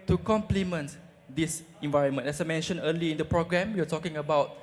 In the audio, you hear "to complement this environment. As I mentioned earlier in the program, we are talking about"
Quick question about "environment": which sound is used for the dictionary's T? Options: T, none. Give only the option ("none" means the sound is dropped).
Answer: none